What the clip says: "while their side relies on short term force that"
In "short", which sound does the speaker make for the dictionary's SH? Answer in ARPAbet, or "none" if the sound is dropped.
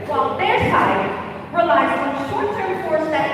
SH